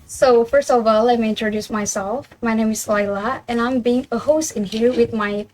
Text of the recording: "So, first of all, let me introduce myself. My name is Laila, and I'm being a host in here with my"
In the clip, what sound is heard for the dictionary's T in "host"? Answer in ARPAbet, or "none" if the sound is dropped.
T